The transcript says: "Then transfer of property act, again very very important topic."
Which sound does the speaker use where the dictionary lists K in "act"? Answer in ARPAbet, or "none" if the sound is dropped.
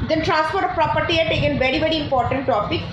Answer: none